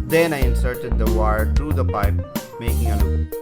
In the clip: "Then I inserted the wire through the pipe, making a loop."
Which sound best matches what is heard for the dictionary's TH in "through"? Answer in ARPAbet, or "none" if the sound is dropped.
T